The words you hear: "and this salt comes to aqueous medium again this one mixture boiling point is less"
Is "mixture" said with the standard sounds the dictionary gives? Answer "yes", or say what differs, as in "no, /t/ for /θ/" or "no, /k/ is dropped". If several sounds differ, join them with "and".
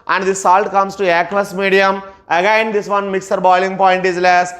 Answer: no, /tʃ/ is dropped